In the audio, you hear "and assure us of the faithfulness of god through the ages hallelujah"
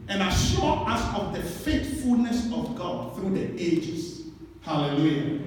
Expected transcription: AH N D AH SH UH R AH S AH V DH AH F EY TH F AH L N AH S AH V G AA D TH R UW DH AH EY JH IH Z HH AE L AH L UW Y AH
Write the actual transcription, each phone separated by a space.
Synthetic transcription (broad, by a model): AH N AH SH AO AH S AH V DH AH F EY T F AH L N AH S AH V G AA D TH R UW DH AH EY JH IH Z HH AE L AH L UW Y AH